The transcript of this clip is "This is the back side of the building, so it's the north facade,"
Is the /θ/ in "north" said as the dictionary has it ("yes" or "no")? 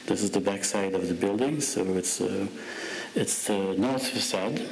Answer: yes